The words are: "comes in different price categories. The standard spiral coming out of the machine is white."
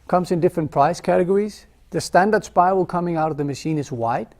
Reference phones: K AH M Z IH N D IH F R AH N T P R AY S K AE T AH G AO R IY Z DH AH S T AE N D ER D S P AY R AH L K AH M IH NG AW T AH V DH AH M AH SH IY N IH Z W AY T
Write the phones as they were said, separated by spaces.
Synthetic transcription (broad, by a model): K AH M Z IH N D IH F R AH N P R AY S K AE T AH G AO R IY Z DH AH S T AE N D ER D S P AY AH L K AH M IH NG AW T AH V DH AH M AH SH IY N IH Z W AY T